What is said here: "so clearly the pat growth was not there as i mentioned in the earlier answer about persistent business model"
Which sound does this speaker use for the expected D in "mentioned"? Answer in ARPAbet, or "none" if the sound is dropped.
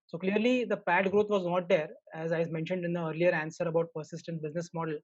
D